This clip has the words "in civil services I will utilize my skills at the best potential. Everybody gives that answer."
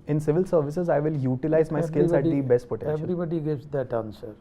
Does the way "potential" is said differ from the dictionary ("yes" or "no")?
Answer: yes